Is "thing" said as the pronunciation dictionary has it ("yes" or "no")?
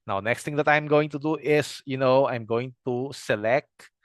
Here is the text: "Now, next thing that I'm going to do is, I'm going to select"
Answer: no